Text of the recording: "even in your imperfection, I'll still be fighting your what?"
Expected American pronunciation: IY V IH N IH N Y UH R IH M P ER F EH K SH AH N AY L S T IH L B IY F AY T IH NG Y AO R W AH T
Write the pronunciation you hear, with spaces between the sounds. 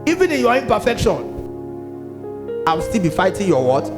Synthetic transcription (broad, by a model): IY V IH N IH N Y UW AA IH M P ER F EH K SH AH N AY W S T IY L B IY F AY T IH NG Y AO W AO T